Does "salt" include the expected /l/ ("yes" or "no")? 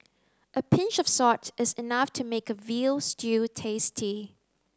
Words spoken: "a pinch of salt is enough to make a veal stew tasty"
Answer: no